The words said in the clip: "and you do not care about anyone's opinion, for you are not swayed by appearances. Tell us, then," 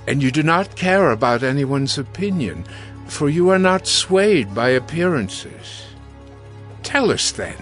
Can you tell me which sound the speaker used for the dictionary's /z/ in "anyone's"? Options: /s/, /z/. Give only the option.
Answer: /z/